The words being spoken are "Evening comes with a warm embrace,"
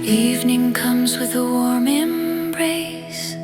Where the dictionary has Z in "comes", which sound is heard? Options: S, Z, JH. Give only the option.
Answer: Z